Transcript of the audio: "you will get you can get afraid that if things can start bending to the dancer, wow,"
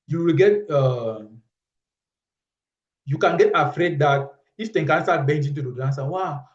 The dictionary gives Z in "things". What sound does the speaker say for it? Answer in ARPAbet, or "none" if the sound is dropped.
none